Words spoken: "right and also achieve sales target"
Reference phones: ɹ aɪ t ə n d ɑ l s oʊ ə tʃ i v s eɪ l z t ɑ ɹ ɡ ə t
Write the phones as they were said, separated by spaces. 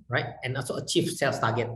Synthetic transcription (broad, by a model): ɹ aɪ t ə n ɑ l s oʊ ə tʃ i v s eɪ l s t ɑ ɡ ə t